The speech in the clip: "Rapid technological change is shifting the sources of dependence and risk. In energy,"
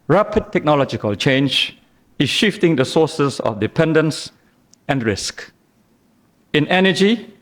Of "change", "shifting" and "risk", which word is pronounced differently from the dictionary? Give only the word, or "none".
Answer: none